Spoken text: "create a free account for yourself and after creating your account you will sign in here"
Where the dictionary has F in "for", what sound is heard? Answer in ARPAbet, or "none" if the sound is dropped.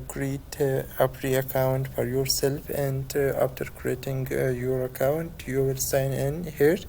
F